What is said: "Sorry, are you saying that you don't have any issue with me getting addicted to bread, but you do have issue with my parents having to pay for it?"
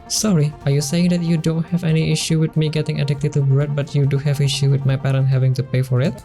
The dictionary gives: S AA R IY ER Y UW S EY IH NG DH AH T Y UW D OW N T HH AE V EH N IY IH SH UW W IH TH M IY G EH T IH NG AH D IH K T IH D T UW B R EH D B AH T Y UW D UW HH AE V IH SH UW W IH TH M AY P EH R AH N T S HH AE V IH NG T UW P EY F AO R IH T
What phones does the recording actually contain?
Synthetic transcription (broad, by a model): S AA R IY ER Y UW S EY IH NG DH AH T Y UW D OW N T HH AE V EH N IY IH SH UW W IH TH M IY G EH T IH NG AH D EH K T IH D T UW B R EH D B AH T Y UW D UW HH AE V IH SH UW W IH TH M AY P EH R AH N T HH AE V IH NG T UW P EY F AO R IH T